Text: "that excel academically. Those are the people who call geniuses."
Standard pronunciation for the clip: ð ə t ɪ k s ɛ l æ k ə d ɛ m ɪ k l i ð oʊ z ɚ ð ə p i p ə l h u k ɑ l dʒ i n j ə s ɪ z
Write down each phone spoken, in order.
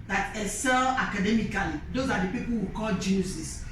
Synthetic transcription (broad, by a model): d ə t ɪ s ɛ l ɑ k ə d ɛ m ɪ k l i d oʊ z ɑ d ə p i p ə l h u k ɑ l dʒ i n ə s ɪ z